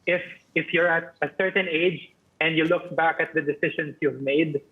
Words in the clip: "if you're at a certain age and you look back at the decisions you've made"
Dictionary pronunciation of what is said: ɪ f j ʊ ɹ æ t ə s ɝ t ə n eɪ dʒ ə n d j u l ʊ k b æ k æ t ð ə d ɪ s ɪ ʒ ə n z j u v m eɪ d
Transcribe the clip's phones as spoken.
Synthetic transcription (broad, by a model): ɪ f j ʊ ɹ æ t ə s ɝ t ə n eɪ dʒ ə n d j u l ʊ k b æ k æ t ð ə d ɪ s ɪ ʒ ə n s j u v m eɪ d